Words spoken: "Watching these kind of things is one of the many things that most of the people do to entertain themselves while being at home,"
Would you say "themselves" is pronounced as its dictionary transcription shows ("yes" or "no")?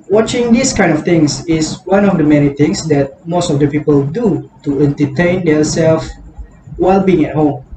no